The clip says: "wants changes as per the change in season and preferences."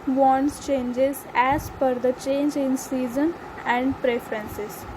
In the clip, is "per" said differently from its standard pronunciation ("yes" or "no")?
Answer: yes